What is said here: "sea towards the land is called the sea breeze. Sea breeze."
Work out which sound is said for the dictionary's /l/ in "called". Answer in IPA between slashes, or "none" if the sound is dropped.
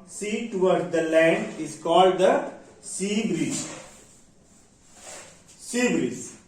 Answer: /l/